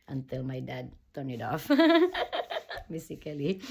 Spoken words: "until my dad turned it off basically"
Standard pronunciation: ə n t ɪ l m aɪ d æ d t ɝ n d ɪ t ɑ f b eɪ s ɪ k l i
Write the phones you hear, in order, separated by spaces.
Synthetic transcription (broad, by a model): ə n t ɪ l m aɪ d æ d t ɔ n ɪ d ɑ f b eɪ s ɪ k l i